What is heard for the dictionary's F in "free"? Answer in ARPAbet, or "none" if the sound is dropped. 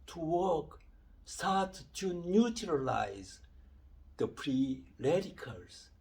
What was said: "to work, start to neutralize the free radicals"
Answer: P